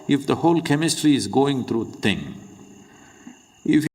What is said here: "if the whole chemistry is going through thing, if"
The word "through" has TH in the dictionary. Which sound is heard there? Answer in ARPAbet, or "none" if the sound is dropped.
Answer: T